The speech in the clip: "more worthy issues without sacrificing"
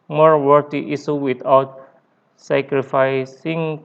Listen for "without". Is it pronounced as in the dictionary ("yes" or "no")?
no